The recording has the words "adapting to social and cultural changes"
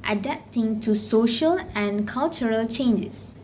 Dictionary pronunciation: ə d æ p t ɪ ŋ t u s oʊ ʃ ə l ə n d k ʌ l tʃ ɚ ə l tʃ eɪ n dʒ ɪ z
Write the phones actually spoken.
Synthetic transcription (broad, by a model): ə d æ p t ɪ ŋ t u s oʊ ʃ ə l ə n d k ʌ l tʃ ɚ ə l tʃ eɪ n dʒ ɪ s